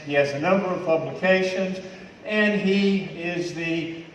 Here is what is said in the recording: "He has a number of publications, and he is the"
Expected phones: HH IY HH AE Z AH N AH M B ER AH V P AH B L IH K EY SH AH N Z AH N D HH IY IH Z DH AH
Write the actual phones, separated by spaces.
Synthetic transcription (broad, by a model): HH IY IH Z AH N AH M B ER AH V P AH B L IH K EY SH AH N Z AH N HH IY IH Z DH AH